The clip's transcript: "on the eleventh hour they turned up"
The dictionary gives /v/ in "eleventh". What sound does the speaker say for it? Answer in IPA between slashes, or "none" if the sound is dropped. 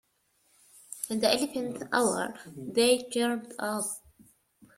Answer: /f/